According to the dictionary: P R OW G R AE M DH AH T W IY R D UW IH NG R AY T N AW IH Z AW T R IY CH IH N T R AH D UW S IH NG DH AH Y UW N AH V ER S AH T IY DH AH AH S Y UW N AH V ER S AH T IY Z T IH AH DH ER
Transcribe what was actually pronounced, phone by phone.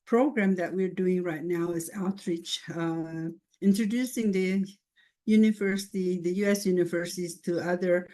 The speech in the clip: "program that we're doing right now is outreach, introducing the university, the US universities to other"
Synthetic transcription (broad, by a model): P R OW G R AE M DH AH T W IY R D UW IH NG R AY T N AW IH Z AW T R IY CH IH N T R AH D UW S IH NG DH AH Y UW N AH V ER S AH T IY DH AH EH S Y UW N AH V ER S AH T IY Z T IH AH DH ER